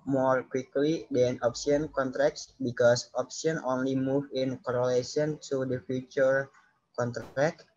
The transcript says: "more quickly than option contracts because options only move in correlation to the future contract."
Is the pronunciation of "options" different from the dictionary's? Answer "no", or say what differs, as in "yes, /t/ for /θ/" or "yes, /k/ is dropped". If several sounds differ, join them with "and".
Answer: yes, /z/ is dropped